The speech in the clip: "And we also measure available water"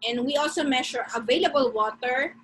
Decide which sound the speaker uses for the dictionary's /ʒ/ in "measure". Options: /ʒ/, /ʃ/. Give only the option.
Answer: /ʃ/